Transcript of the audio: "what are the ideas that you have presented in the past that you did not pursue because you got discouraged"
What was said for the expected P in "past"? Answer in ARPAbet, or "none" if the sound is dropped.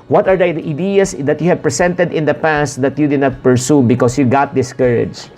P